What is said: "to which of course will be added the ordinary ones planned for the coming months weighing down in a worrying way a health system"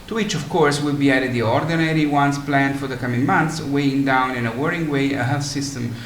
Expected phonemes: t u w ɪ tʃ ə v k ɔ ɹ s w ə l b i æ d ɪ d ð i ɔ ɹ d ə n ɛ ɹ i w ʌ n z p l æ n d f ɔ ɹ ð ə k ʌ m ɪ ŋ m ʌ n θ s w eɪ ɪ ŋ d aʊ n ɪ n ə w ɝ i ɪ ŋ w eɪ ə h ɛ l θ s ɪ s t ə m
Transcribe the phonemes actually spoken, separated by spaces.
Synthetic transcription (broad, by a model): t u w ɪ tʃ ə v k ɔ ɹ s w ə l b i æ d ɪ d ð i ɔ ɹ d ə n ɛ ɹ i w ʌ n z p l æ n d f ɔ ɹ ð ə k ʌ m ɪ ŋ m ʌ n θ s w eɪ ɪ ŋ d aʊ n ɪ n ə w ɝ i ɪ ŋ w eɪ ə h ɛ l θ s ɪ s t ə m